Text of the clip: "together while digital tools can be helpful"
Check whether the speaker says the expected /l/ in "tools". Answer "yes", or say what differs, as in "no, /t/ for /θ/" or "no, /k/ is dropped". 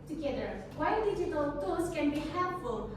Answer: no, /l/ is dropped